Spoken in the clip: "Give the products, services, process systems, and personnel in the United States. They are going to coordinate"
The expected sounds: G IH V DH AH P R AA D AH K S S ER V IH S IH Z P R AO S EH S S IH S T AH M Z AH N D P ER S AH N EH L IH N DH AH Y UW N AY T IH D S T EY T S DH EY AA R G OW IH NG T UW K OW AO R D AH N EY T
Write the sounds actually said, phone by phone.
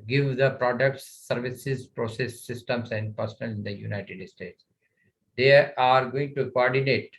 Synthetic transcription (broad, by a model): G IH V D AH P R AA D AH K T S ER V IH S IH Z P R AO S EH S S IH S T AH M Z AH N D P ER S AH N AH L IH N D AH Y UW N AY T IH D S T EY T S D EY AA R G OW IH NG T UW K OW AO R D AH N EY T